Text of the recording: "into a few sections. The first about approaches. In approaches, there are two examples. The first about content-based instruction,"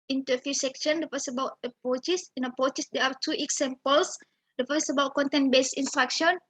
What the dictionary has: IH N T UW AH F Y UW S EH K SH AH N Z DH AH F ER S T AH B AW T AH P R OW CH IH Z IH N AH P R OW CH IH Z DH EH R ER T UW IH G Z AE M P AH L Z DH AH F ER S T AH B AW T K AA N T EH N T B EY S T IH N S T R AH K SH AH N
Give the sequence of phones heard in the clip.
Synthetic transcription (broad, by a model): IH N T UW AH F Y UW S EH K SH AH N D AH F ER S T AH B AW T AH P R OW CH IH S IH N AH P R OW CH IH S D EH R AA T UW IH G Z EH M P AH L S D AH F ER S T AH B AW T K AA N T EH N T B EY S IH N S T R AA K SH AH N